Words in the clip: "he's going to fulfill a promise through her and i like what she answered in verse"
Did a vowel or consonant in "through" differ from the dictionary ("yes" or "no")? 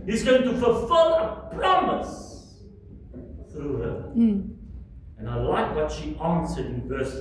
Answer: no